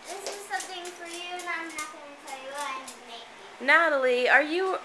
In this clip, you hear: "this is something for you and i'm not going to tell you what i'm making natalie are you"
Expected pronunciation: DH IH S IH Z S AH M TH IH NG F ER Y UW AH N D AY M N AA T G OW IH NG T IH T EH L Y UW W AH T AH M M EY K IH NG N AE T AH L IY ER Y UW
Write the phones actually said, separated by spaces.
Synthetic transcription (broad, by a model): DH IH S IH Z S AH M TH IH NG F ER Y UW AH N AY M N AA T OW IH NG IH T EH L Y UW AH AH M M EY IH N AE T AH L IY ER Y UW